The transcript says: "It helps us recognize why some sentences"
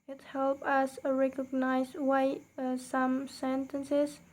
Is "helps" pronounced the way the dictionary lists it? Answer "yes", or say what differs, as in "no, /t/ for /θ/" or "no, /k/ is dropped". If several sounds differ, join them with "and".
no, /s/ is dropped